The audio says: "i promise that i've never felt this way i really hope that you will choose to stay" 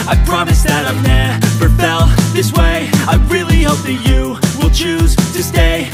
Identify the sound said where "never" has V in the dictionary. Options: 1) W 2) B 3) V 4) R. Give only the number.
2